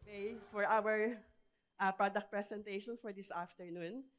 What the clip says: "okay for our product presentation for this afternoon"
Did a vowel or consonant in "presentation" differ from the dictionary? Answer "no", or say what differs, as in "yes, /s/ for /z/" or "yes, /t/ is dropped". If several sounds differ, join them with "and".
yes, /s/ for /z/